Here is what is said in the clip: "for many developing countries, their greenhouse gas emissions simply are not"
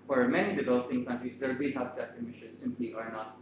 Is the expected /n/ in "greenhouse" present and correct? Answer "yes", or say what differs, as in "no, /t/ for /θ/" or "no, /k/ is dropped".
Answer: no, /n/ is dropped